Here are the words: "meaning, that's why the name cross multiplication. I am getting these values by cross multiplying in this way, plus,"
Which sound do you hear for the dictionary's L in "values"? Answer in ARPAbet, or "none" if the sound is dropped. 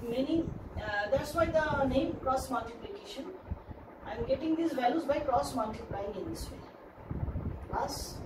L